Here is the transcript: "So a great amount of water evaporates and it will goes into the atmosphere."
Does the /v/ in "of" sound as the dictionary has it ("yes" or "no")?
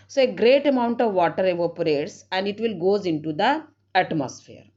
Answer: yes